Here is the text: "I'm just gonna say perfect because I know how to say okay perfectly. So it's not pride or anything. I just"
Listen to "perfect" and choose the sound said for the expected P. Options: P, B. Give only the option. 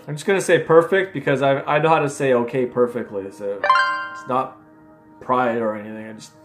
P